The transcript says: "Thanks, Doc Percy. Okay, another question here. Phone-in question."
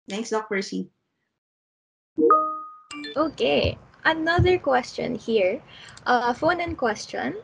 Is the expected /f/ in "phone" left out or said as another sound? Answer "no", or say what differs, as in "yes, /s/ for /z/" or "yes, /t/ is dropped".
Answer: no